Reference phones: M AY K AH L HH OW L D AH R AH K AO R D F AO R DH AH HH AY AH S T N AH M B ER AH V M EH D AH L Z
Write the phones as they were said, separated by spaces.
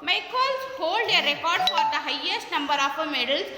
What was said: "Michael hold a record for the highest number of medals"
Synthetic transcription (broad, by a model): M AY K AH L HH OW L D AH R AH K AO R D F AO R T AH HH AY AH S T N AH M B ER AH P M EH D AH L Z